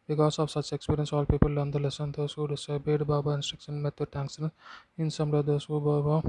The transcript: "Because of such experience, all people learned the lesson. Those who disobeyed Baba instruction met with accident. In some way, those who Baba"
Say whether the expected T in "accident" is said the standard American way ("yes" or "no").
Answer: no